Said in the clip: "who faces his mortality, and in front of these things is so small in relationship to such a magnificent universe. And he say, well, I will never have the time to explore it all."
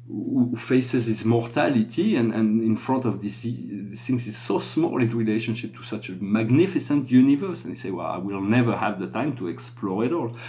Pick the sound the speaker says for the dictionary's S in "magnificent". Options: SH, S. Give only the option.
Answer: S